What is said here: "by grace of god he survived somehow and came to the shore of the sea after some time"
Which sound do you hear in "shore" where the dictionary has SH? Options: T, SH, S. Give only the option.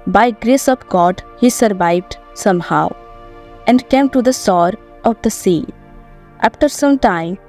S